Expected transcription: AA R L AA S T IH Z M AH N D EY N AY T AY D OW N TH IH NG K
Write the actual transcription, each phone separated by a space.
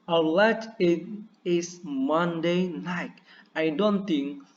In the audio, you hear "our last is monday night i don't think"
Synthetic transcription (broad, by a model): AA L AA T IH S M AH N D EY N AY T AY D OW N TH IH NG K